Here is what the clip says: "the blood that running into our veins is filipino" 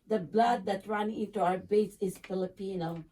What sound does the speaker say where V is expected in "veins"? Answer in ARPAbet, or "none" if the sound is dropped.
B